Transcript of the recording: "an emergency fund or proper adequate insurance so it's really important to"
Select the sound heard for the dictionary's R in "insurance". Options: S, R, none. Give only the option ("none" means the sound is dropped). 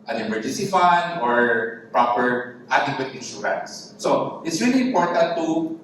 none